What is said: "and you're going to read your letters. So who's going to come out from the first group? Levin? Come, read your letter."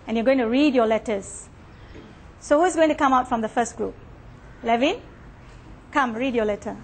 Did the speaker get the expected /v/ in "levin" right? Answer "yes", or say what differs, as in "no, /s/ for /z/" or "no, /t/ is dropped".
yes